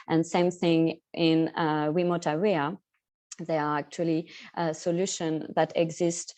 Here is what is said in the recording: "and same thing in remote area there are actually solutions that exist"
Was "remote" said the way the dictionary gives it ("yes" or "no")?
no